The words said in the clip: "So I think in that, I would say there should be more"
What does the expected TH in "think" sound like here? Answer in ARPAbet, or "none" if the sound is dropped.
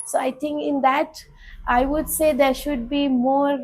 T